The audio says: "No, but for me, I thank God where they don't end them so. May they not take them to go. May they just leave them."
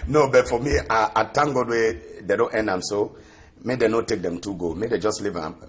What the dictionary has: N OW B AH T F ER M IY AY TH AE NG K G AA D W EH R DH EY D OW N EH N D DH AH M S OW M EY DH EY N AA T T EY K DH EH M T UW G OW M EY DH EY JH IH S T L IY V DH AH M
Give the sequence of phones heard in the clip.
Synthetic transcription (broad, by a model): N OW B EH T F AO M IY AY T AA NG G AA D W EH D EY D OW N EH N D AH M S OW M EY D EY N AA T T EY K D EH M T UW G OW M EY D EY JH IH S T L IY V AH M